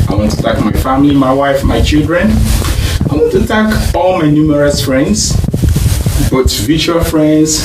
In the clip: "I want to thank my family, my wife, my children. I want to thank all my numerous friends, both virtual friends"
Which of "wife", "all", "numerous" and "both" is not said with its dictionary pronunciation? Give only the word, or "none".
both